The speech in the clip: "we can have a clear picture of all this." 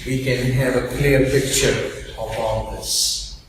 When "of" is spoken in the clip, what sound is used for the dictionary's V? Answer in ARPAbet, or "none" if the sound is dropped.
P